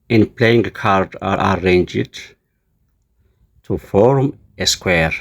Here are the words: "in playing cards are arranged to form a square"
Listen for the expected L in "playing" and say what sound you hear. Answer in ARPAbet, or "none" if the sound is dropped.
L